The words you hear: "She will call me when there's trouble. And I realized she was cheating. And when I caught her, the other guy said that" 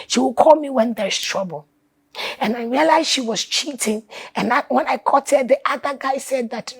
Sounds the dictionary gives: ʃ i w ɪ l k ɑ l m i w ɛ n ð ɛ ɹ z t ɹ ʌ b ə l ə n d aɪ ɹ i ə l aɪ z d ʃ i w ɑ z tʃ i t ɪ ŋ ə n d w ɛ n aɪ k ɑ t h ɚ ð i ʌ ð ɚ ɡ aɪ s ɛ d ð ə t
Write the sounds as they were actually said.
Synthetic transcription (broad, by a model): ʃ i w ɪ l k ɑ l m i w ɛ n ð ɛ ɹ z t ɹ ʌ b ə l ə n aɪ ɹ i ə l aɪ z ʃ i w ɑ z tʃ i t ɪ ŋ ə n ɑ w ɛ n aɪ k ɑ t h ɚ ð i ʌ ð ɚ ɡ aɪ s ɛ d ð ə t